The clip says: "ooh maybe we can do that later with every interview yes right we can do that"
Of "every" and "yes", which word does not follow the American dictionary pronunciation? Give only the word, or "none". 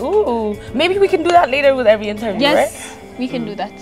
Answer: yes